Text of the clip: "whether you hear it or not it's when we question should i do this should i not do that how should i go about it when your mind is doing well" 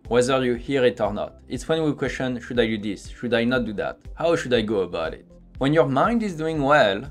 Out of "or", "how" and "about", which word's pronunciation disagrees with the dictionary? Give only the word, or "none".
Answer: none